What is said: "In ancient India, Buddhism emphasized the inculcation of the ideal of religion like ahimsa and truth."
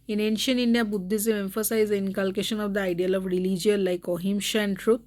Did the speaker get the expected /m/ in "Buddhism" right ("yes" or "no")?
no